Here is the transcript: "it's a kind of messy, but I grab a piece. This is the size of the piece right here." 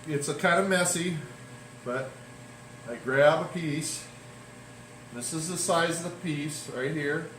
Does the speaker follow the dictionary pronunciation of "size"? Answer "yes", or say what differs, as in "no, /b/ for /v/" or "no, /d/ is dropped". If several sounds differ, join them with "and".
yes